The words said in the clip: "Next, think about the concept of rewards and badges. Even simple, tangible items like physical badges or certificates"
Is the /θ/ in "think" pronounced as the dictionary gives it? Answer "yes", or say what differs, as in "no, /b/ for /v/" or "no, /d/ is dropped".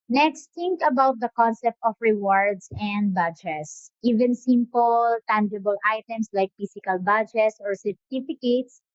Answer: no, /t/ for /θ/